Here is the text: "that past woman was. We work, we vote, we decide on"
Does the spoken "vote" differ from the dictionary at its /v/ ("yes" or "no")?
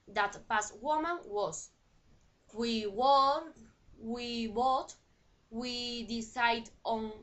yes